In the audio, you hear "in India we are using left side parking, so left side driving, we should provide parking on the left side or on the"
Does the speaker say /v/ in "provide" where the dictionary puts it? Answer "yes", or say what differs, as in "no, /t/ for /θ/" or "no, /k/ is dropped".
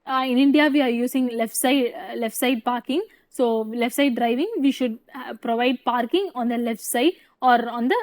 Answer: yes